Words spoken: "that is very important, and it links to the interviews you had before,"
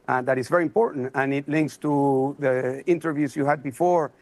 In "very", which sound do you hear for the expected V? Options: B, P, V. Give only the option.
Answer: V